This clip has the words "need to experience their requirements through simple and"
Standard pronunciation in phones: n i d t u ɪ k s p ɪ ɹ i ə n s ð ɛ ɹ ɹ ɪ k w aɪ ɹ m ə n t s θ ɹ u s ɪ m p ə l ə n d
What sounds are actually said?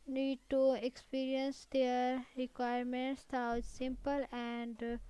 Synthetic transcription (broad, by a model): n i d t u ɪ k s p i ɹ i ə n s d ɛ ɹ ɹ ɪ k w aɪ ɹ m ə n t s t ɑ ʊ s ɪ m p ə l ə n d